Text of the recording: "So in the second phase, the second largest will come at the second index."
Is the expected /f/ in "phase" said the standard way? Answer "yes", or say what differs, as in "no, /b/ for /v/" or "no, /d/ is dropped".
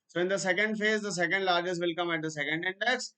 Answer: yes